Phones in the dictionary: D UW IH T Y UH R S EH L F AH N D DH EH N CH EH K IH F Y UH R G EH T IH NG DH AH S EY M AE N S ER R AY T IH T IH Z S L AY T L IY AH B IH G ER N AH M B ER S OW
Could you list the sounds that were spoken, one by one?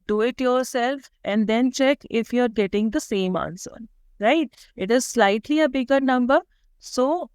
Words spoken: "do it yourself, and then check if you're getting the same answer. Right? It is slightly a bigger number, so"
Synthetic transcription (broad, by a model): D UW IH T Y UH R S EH L F AH N D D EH N CH EH K IH F Y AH R G EH T IH NG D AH S EY M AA N S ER R AY T IH T IH Z S L AY T L IY AH B IH G ER N AH M B ER S OW